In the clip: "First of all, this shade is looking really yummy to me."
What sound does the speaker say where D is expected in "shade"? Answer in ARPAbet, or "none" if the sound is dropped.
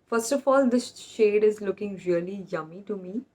D